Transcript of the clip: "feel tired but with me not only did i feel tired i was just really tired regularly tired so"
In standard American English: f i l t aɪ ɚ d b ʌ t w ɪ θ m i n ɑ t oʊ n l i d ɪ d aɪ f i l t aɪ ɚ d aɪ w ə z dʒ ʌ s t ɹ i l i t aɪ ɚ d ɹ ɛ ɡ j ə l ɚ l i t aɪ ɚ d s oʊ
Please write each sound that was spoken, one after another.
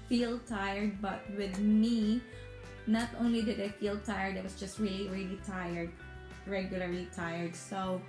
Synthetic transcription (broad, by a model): f i l t aɪ ɚ d b ʌ t w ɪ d m i n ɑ t oʊ n l i d ɪ d aɪ f i l t aɪ ɚ d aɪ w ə s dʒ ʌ s t ɹ i l i t aɪ ɚ d ɹ ɛ ɡ j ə l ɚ l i t aɪ ɚ d s oʊ